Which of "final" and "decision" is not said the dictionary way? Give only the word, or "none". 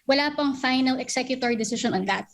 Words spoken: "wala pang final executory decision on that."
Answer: decision